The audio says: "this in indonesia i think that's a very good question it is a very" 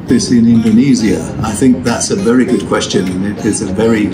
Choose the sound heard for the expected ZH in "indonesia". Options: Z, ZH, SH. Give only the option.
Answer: Z